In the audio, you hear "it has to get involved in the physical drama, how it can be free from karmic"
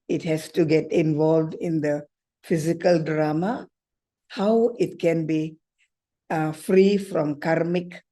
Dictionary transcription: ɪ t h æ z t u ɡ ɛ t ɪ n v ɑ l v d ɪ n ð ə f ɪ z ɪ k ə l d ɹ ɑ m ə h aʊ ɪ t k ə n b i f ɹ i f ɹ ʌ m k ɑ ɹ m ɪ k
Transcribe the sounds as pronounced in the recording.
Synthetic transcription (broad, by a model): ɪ t h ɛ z t u ɡ ɛ t ɪ n v ɑ l v d ɪ n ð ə f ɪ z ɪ k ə l d ɹ ɑ m ə h aʊ ɪ t k ə n b i f ɹ i f ɹ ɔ m k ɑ ɹ m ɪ k